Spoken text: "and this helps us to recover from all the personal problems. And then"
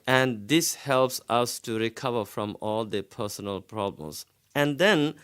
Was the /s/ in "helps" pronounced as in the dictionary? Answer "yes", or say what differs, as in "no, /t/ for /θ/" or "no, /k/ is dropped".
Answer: yes